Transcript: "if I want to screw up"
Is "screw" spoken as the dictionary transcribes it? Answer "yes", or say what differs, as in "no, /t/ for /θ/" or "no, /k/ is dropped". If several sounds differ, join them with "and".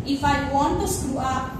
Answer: no, /ɹ/ is dropped